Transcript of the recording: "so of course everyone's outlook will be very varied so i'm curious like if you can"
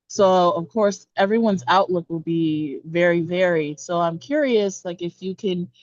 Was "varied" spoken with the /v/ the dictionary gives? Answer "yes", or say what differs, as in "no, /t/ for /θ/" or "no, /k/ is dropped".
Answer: yes